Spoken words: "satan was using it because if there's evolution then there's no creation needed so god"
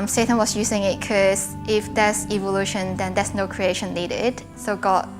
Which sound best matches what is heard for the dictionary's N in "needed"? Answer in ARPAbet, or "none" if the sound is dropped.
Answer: L